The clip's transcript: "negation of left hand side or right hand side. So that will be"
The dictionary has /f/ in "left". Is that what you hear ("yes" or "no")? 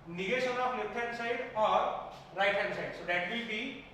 no